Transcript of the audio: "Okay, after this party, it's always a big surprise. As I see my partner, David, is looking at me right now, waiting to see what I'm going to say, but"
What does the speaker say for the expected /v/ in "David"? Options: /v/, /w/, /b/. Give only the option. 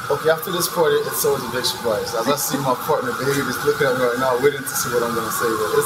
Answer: /b/